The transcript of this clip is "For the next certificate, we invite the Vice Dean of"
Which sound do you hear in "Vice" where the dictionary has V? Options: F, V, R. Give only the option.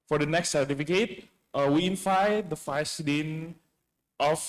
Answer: F